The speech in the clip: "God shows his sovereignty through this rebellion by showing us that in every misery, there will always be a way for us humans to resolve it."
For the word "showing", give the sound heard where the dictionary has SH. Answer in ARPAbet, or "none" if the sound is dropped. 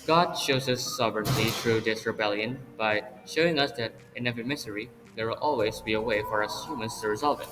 SH